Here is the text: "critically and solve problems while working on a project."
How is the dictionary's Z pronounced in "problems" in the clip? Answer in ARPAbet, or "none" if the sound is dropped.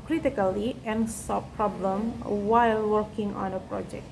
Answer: none